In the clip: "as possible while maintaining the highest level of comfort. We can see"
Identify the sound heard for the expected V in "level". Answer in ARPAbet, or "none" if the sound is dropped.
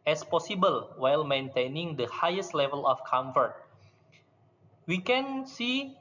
V